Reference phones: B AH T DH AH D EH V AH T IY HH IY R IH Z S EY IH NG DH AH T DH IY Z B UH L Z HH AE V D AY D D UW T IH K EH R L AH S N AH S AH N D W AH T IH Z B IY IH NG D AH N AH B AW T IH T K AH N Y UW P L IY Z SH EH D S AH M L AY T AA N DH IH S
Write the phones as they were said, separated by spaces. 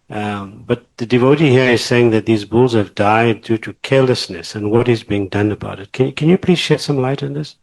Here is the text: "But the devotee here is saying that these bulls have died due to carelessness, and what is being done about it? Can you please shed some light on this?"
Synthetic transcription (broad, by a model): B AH T DH AH D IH V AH T IY HH IY R IH Z S EY IH NG DH AH T DH IY Z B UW L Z HH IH V D AY D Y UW T IH K EH R L AH S N AH S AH N W AH T IH Z B IY IH NG D AH N AH B AW T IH T K AH N Y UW P L IY Z SH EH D S AH M L AY T N DH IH S